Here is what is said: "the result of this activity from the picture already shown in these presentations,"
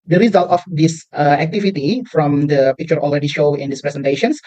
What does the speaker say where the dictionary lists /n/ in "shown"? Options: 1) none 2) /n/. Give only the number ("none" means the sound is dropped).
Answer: 1